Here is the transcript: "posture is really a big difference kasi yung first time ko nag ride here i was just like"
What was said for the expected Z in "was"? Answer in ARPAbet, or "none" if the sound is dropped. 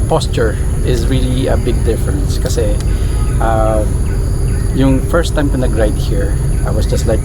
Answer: S